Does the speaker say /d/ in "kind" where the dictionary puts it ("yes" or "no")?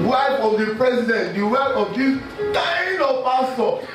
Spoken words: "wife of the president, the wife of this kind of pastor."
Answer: no